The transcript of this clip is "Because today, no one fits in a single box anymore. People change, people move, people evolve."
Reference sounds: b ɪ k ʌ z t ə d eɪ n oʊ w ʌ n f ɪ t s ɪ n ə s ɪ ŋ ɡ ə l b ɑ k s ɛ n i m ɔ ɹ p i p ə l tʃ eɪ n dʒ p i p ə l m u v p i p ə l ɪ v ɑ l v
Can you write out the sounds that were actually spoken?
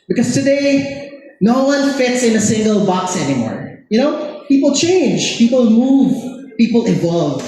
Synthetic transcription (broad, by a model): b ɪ k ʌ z t ə d eɪ n oʊ w ʌ n f ɪ t s ɪ n ə s ɪ ŋ ɡ ə l b ɑ k s ɛ n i m ɔ ɹ p i p ə l tʃ eɪ n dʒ p i p ə l m u v p i p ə l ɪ v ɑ l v